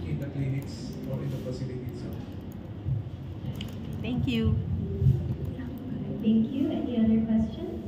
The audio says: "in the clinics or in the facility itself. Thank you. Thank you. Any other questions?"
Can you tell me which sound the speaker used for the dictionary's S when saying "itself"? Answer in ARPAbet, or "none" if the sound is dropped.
none